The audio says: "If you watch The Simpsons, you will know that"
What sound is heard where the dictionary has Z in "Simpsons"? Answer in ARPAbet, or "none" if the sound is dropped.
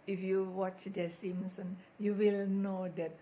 none